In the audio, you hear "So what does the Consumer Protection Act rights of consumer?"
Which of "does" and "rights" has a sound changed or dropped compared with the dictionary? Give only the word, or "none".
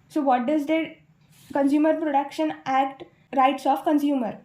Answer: none